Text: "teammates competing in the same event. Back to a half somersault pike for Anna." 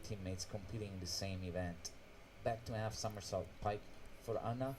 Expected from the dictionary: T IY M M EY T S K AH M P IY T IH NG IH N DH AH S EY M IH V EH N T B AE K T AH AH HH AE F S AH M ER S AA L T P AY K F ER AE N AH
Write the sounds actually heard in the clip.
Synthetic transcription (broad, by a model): T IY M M EY T S K AH M P IY T IH NG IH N DH AH S EY M IH V EH N T B AE K T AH AH HH AE F S AH M ER S AA L T P AY K F ER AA N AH